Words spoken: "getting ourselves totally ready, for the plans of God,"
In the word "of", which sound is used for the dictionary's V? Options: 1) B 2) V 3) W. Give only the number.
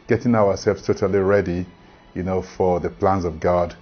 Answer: 2